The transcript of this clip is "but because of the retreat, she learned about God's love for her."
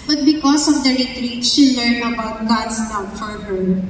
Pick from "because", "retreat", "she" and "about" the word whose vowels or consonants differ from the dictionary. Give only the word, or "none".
because